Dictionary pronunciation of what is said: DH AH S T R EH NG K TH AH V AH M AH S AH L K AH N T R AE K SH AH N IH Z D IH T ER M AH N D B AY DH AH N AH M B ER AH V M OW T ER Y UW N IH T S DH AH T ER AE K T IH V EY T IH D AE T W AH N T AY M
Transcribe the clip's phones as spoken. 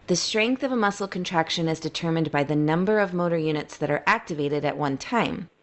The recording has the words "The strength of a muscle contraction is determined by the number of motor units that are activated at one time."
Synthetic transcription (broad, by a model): DH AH S T R EH NG K TH AH V AH M AH S L K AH N T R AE K SH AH N IH Z D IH T ER M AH N B AY DH AH N AH M B ER AH V M OW T ER Y UW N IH T S DH AH T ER AE K T IH V EY T IH D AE T W AH N T AY M